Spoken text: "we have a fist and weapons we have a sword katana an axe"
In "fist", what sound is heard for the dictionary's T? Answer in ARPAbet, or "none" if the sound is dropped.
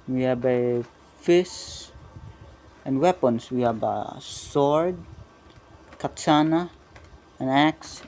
none